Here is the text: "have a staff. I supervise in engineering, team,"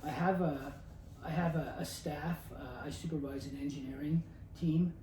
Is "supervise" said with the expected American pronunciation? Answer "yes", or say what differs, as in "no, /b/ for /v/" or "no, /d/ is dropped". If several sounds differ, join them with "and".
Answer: yes